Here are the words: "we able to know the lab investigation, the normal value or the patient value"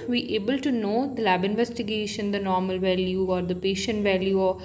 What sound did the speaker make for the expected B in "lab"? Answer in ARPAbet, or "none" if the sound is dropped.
B